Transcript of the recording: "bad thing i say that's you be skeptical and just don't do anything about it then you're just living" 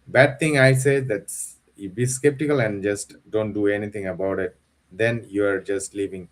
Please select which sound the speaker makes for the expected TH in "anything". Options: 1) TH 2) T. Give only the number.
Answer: 2